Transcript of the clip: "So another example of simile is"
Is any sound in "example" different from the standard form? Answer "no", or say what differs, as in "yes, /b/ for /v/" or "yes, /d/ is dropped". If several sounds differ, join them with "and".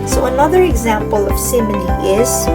no